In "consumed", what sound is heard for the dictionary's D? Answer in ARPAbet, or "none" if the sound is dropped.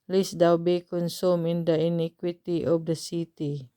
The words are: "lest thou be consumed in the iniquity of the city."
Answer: none